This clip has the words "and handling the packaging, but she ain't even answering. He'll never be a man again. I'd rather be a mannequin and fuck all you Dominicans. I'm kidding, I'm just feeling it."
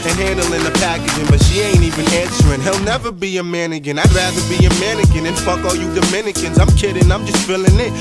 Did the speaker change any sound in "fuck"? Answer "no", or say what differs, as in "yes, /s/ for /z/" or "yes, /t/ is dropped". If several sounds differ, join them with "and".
no